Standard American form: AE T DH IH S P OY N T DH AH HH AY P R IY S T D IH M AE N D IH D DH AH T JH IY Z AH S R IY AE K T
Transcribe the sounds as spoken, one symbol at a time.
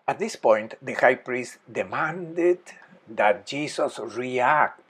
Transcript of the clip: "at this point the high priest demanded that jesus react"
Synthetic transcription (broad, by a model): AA T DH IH S P OY N T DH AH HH AY P R IY S T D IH M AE N D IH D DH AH T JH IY S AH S R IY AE K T